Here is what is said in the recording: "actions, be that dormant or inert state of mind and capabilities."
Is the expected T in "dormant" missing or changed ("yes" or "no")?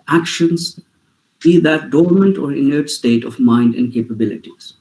no